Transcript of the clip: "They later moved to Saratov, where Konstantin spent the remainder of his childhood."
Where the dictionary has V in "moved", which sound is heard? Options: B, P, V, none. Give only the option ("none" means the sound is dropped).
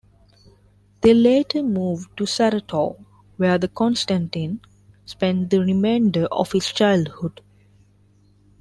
V